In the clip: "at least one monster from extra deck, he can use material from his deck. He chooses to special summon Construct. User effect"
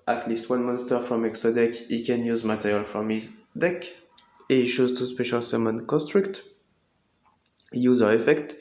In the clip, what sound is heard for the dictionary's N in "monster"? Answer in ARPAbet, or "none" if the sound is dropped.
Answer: N